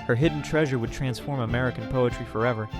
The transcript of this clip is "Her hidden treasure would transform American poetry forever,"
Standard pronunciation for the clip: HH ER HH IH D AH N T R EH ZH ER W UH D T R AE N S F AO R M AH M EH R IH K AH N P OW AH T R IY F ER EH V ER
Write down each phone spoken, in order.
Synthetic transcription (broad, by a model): HH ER HH IH D N T R EH ZH ER W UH D T R AE N S F AO R M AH M EH R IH K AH N P OW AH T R IY F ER EH V ER